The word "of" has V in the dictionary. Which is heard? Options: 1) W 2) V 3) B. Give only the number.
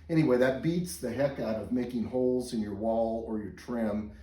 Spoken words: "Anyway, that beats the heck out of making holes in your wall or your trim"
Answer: 2